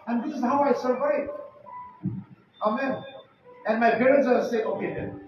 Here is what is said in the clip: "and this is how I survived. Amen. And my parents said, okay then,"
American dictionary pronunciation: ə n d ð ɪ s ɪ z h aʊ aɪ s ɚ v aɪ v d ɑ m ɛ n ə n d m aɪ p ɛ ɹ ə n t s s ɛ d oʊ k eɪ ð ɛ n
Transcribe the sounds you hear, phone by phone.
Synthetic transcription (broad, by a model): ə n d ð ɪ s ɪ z h aʊ aɪ s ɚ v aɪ d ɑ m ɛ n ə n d m aɪ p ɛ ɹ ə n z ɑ s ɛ oʊ k eɪ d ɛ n